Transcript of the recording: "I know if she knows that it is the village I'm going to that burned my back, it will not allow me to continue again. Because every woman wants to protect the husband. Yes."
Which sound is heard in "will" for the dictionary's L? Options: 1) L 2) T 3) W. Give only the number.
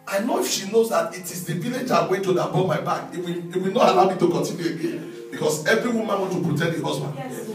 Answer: 3